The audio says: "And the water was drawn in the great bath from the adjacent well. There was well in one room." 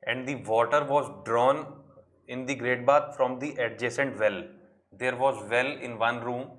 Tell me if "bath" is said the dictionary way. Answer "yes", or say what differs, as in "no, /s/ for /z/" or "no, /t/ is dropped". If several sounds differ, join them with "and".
no, /t/ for /θ/